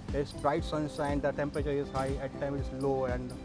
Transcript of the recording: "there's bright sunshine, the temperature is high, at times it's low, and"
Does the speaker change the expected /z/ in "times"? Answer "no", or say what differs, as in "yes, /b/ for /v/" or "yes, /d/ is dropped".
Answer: yes, /z/ is dropped